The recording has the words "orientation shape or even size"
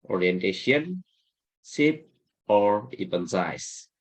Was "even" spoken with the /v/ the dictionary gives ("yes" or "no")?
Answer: no